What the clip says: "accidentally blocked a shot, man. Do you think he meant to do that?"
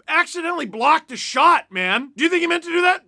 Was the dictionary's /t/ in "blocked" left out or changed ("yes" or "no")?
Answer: no